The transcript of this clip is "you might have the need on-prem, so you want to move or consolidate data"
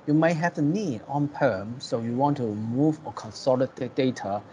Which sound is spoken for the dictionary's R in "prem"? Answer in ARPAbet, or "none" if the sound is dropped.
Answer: none